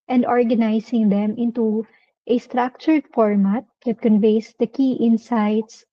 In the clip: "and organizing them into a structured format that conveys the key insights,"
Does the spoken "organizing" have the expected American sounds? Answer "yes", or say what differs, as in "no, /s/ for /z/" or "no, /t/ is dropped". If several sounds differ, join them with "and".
no, /s/ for /z/